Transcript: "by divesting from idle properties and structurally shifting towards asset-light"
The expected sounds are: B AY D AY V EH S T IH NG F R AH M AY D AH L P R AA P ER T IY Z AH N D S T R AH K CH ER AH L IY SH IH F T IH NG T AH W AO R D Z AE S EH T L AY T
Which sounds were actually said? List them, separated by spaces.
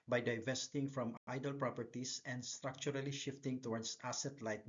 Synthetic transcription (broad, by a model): B AY D AY V EH S T IH NG F R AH M AY D AH L P R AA P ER T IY S AH N D S T R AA K CH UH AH L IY SH IH F T IH NG T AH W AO R D S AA S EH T L AY T